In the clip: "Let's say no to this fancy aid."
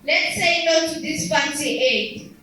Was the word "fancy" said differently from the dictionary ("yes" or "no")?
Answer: yes